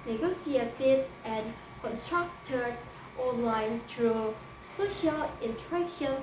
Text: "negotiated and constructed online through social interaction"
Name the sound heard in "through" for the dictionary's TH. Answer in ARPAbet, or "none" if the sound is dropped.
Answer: T